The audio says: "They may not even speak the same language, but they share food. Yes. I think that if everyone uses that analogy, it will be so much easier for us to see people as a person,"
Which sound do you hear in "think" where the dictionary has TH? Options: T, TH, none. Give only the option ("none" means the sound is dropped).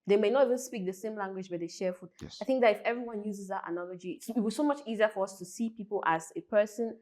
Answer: TH